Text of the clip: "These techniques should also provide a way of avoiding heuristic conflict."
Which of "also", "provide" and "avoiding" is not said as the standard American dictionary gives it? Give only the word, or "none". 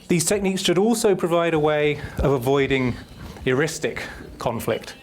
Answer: none